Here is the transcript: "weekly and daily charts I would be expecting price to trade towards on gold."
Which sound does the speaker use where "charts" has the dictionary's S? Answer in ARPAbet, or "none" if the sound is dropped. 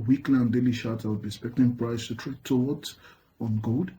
none